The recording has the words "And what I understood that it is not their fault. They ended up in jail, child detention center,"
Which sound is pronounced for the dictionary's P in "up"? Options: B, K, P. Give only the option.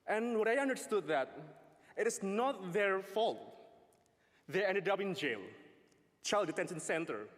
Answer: B